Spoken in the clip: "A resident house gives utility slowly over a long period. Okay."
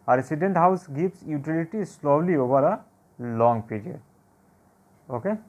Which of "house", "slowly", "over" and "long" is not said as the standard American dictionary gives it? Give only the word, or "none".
over